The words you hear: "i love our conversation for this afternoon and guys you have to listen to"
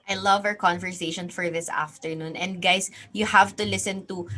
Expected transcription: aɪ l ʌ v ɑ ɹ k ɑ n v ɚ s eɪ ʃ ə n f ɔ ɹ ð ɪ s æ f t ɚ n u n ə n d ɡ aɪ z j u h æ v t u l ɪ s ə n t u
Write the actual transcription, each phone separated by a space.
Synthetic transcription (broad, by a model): aɪ l ʌ v ɑ ɹ k ɑ n v ɚ s eɪ ʃ ə n f ɔ ɹ ð ɪ s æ f t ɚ n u n ə n d ɡ aɪ s j u h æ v t u l ɪ s ə n t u